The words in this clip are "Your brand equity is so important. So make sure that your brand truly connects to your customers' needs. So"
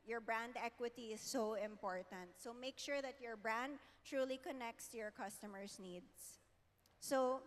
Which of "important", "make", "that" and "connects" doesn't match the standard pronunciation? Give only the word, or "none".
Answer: none